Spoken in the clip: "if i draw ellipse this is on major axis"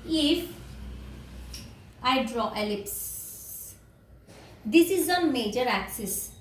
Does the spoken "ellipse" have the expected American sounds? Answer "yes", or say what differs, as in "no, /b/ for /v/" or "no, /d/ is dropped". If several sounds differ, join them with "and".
yes